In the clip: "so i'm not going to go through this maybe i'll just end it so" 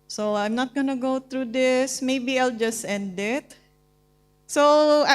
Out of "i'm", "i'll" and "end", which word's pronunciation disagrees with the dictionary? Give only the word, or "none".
none